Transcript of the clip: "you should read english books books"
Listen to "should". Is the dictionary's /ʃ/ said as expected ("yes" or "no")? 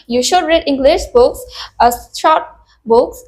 yes